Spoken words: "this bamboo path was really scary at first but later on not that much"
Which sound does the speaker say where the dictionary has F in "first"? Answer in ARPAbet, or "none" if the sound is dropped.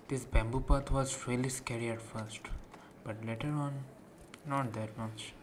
F